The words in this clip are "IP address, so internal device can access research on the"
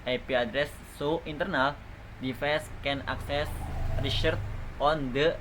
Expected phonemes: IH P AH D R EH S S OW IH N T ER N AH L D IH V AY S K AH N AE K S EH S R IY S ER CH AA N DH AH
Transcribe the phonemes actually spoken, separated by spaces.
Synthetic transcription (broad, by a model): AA P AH D R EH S S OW IH N T ER N AH L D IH F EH S K AH N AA K S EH S R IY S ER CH AA N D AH